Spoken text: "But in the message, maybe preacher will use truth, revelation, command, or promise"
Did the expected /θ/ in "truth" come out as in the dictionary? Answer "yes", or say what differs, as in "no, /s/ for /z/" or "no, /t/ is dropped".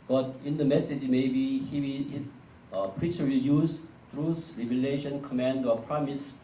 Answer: no, /s/ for /θ/